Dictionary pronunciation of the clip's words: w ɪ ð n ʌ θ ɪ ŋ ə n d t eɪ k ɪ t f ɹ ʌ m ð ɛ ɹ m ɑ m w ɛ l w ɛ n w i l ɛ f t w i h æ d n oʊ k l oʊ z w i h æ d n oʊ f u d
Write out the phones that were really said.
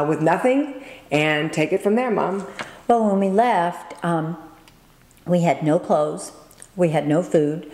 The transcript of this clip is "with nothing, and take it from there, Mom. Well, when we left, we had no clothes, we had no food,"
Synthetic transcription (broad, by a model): w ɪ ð n ʌ θ ɪ ŋ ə n t eɪ k ɪ t f ɹ ʌ m ð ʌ ɹ m ɑ m w ɛ l w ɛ n w i l ɛ f t w i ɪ d n oʊ k l oʊ z w i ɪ d n oʊ f u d